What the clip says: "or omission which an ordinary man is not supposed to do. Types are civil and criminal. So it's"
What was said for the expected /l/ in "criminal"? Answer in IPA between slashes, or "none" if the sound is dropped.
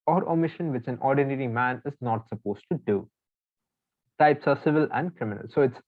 /l/